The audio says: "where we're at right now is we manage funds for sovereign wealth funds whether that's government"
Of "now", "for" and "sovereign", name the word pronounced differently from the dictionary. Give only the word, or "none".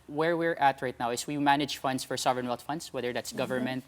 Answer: none